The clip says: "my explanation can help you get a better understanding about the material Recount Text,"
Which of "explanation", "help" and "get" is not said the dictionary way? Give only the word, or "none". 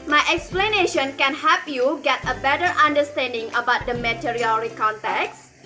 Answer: help